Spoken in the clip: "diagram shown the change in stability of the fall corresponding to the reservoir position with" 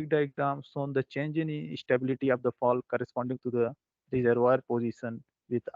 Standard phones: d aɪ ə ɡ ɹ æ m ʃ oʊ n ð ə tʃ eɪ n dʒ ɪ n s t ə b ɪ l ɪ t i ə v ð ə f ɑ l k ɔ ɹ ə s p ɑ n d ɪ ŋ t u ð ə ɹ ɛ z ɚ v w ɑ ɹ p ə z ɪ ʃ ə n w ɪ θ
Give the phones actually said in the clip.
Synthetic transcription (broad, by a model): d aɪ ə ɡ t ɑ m s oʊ n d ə tʃ eɪ n dʒ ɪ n s t ə b ɪ l ɪ t i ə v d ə f ɑ l k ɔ ɹ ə s p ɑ n d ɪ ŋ t u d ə ɹ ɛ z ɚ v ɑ ɹ p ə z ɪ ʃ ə n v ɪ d